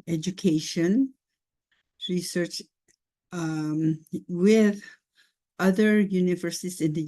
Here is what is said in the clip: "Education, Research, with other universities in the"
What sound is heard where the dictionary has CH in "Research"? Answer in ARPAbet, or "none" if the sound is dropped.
CH